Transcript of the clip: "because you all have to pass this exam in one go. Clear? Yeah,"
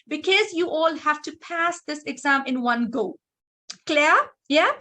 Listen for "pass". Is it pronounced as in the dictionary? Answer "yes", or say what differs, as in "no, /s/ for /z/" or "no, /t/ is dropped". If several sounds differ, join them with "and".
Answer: yes